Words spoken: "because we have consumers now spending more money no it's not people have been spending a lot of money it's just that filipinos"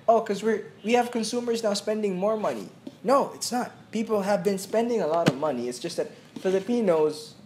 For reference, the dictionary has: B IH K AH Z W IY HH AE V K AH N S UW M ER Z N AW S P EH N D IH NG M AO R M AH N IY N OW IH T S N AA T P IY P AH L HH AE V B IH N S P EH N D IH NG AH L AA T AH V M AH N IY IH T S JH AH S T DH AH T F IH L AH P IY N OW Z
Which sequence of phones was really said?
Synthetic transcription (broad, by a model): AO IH K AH Z W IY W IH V K AH N S UW M ER Z N AW S P EH N D IH NG M AO R M AH N IY N OW IH T S N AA T P IY P L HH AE V B IH N S P EH N D IH NG AH L AA T AH V M AH N IY IH T S JH AH S T DH AH T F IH L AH P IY N OW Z